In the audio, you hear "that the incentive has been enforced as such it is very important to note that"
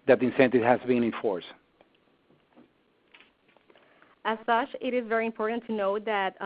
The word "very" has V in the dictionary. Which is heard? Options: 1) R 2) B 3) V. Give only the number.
3